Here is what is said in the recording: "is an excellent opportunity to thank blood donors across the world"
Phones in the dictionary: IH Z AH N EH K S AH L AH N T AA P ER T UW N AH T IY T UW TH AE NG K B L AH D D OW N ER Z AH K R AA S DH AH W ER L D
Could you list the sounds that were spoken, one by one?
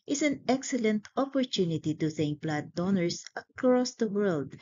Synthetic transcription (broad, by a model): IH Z AH N EH K S AH L AH N T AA P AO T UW N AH T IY T UW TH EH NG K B L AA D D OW N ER S AH K R AA S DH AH W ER L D